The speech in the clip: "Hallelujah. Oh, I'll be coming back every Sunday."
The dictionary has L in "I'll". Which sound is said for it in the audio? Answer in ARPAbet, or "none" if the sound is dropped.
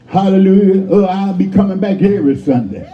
L